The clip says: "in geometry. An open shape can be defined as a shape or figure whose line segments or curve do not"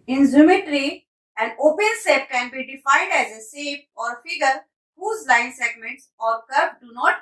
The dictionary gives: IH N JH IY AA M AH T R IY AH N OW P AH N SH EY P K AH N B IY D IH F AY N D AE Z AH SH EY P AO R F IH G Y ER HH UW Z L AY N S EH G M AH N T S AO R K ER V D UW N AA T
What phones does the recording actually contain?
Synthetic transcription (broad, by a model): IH N Z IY M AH T R IY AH N OW P AH N S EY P K AH N B IY D IH F AY N D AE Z AH S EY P AO R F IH G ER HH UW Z L AY N S EH G M AH N T S AO R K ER P D UW N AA T